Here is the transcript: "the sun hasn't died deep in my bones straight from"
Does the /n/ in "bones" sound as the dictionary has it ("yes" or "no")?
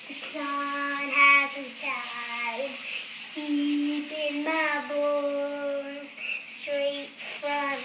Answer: no